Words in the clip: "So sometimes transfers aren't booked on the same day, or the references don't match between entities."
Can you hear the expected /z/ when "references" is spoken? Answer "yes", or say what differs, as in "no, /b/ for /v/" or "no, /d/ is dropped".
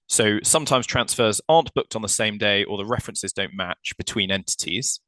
yes